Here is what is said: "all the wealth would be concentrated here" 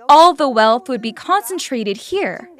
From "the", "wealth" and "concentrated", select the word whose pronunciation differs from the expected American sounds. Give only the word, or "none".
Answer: none